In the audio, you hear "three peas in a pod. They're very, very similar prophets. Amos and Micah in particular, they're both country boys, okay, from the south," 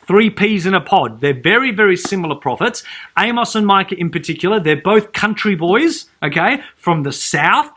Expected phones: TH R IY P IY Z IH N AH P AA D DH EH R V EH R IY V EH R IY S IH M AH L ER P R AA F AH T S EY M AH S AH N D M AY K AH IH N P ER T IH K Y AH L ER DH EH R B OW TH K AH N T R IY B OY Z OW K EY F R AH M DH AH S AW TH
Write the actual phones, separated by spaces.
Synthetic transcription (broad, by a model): TH R IY P IY Z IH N AH P AA D DH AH R V EH R IY V EH R IY S IH M L ER P R AA F AH T S EY M AH S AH N M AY K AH IH N P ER T IH K Y L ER DH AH R B OW TH K AH N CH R IY B OY Z OW K EY F R AH M DH AH S AW TH